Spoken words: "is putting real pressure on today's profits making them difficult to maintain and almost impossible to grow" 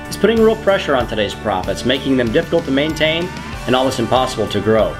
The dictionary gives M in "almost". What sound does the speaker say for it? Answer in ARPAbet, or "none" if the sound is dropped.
none